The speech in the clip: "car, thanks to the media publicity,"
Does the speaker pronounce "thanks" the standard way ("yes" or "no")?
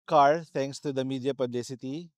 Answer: no